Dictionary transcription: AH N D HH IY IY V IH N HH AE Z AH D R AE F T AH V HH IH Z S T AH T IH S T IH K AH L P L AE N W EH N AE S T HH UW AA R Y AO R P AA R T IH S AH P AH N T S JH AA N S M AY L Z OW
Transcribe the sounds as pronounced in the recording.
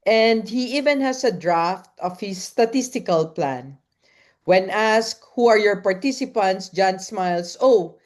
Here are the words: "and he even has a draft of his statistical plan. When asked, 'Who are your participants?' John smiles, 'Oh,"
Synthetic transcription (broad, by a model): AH N D HH IY IY V IH N HH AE S AH D R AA F T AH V HH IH S T AH T IH S T IH K AH L P L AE N W EH N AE S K HH UW AA R Y AO R P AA R T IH S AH P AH N T S JH AA N S M AY L S OW